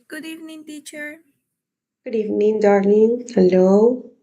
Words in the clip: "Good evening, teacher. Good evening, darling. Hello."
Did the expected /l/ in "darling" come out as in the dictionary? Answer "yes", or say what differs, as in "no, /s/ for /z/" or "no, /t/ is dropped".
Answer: no, /n/ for /l/